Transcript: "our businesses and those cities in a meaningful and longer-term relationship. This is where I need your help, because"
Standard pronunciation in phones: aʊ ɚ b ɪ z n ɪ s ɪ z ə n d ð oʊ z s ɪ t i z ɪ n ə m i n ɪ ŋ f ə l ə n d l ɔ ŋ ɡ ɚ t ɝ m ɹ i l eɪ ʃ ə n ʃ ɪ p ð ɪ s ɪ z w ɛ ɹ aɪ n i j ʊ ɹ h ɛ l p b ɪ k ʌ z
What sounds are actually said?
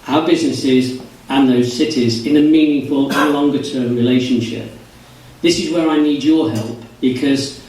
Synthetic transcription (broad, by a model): aʊ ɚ b ɪ z n ɪ s ɪ z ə n ð oʊ z s ɪ t i z ɪ n ə m i n ɪ ŋ f ə l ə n l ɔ ŋ ɡ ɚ t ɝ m ɹ i l eɪ ʃ ə n ʃ ɪ p ð ɪ s ɪ z w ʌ ɹ aɪ n i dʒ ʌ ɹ h ɛ l p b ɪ k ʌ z